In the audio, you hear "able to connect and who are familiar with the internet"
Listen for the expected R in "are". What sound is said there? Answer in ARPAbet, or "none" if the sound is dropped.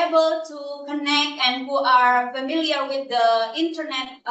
R